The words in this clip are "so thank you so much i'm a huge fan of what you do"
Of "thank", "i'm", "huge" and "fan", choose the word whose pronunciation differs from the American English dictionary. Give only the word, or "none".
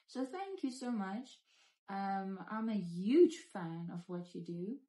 none